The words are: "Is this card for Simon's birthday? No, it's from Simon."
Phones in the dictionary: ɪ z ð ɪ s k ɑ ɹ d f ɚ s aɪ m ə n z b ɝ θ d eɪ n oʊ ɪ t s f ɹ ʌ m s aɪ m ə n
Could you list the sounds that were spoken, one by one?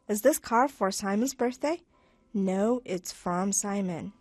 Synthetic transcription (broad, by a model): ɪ z ð ɪ s k ɑ ɹ f ɚ s aɪ m ə n z b ɝ θ d eɪ n oʊ ɪ t s f ɹ ʌ m s aɪ m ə n